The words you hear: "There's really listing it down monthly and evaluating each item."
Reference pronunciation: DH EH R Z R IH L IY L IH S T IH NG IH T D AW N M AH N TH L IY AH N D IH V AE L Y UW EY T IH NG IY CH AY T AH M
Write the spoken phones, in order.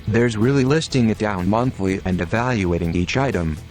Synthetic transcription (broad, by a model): DH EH R Z R IH L IY L IH S T IH NG IH T D AW N M AH N TH L IY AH N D IH V AE L Y UW EY T IH NG IY CH AY T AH M